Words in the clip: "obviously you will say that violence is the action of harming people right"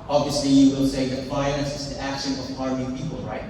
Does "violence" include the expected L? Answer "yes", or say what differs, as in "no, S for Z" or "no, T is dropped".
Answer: no, N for L